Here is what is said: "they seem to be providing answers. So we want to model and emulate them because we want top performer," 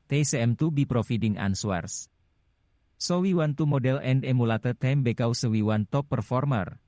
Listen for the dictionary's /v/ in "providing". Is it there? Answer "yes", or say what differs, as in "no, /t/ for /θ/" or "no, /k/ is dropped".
no, /f/ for /v/